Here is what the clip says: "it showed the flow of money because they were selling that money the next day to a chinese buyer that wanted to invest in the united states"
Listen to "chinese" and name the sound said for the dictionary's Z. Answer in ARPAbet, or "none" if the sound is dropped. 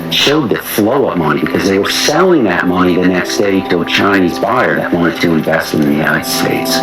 Z